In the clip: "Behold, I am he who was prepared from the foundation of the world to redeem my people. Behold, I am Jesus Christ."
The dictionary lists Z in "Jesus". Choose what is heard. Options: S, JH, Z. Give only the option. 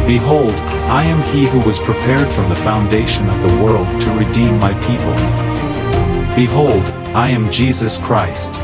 Z